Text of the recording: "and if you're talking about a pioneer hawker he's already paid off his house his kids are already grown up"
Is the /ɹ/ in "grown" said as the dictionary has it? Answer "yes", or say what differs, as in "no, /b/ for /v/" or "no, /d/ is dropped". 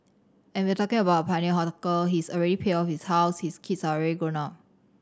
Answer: no, /ɹ/ is dropped